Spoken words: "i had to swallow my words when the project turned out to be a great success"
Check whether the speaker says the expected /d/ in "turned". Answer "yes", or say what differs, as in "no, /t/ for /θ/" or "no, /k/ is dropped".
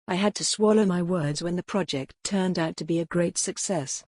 yes